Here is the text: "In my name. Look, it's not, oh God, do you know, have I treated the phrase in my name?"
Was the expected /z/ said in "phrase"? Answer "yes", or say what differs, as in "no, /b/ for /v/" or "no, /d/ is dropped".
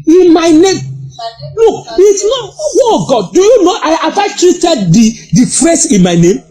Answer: no, /s/ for /z/